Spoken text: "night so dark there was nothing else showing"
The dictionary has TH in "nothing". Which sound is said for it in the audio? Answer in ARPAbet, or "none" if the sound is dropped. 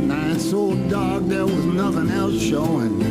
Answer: TH